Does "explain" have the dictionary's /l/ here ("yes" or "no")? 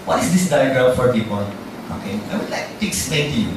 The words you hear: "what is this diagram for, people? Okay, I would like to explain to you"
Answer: no